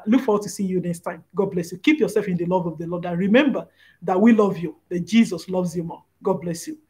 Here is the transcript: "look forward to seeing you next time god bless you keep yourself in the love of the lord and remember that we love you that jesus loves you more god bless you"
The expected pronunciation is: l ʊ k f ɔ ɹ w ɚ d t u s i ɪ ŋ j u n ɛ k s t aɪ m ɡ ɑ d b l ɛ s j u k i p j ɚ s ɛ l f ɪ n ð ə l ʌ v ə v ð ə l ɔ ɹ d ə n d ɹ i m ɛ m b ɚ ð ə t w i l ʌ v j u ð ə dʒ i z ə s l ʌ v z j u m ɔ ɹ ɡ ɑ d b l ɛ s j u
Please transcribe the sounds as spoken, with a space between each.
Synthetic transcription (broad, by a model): l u k f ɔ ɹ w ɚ t u s i j u n ɛ k s t aɪ m ɡ ɑ d b l ɛ s j u k i p j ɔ s ɛ l f ɪ n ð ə l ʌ v ə v ð ə l ɔ d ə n ɹ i m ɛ m b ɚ ð ə t w i l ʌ v j u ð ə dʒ i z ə s l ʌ v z j u m ɔ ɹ ɡ ɑ d b l ɛ s j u